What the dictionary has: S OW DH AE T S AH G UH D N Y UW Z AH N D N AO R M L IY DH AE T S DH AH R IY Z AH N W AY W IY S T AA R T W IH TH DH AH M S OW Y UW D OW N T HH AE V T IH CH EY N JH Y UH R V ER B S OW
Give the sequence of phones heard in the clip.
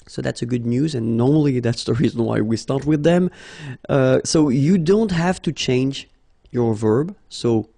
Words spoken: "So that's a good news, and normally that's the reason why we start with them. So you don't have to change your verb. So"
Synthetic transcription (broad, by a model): S OW DH AE T S AH G UH D N Y UW Z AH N N AO R M L IY DH AE T S DH AH R IY Z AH N W AY W IY S T AA R T W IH DH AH M S OW Y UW D OW N T HH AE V T IH CH EY N JH Y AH R V ER B S OW